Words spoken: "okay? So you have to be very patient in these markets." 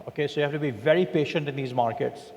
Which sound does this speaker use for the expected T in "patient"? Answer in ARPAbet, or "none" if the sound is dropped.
T